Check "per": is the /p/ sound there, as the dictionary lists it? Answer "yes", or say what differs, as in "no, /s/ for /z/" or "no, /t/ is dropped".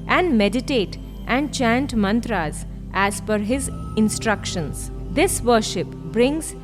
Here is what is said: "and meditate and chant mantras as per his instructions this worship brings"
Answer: no, /f/ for /p/